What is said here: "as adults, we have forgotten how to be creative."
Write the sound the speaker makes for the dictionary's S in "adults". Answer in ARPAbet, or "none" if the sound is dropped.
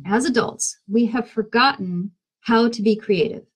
S